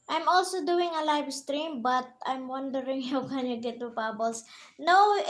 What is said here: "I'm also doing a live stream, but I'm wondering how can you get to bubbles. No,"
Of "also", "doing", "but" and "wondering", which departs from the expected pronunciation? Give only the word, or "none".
none